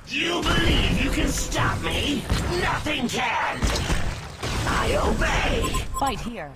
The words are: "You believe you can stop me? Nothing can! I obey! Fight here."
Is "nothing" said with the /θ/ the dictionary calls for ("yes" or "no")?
yes